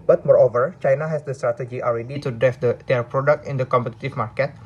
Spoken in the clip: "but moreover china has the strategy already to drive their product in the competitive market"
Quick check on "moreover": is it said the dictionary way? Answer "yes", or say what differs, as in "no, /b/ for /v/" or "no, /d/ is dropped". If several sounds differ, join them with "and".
yes